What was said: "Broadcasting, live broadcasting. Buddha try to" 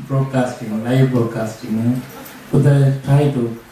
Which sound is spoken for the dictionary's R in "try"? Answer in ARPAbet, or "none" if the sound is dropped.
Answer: none